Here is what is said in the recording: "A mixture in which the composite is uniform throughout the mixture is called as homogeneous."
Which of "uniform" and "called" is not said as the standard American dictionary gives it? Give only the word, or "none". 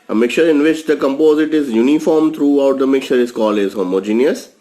called